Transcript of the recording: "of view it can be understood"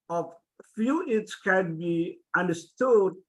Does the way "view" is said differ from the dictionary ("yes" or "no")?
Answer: yes